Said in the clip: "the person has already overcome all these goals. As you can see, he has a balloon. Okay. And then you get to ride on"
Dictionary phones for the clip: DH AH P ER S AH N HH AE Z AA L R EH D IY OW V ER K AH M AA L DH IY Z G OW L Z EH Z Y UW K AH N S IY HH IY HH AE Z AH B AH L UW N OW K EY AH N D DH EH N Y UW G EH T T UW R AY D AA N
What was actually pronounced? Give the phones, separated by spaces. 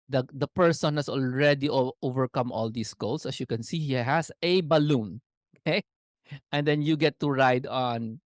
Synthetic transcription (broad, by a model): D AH P ER S AH N HH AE S AA L R EH D IY OW V ER K AH M AA L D IY S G OW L S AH S Y UW K AH N S IY HH IY HH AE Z AH B AH L UW N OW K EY AH N D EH N Y UW G EH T T UW R AY D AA N